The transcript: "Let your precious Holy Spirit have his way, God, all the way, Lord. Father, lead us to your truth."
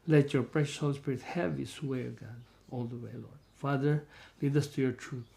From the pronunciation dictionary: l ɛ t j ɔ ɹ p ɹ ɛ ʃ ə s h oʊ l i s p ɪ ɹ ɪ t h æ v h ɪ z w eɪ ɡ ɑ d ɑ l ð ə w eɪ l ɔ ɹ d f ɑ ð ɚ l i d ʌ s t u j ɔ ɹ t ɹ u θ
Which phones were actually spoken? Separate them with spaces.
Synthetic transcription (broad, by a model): l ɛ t j ɔ ɹ p ɹ ɛ ʃ ə s h oʊ l i s p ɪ ɹ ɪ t h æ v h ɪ s w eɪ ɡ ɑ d ɑ l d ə w eɪ l ɔ ɹ d f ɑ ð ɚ l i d ʌ s t u j ɔ ɹ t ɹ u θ